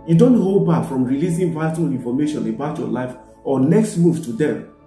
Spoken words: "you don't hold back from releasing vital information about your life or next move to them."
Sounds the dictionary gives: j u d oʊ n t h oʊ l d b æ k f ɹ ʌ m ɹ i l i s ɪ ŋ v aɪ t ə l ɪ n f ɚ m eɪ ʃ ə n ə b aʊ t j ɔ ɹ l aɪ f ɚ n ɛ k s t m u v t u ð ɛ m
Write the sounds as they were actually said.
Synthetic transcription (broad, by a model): j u d oʊ n t h oʊ l d b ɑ k f ɹ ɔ m ɹ i l i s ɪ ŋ v aɪ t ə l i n f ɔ m eɪ ʃ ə n ə b aʊ t j ɔ l aɪ f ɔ n ɛ k s t m u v t u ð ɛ m